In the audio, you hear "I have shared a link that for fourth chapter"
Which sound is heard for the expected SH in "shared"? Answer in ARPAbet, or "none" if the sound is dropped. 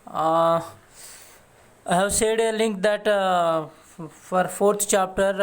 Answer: S